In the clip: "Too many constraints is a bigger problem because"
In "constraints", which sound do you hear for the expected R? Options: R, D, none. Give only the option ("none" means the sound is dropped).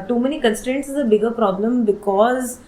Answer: R